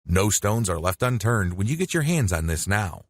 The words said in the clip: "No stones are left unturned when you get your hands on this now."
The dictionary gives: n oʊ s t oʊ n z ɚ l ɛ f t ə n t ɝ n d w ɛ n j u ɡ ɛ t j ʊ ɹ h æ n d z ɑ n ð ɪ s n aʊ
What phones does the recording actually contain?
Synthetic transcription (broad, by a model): n oʊ s t oʊ n z ɚ l ɛ f t ə n t ɝ n d w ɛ n j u ɡ ɛ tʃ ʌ ɹ h æ n d z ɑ n ð ɪ s n aʊ